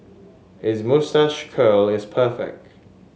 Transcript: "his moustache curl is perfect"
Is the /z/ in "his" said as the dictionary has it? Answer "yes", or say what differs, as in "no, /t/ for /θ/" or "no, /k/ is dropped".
yes